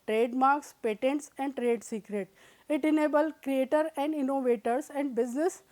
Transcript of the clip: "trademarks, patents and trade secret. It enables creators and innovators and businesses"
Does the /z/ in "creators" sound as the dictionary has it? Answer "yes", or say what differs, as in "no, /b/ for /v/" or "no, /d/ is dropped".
no, /z/ is dropped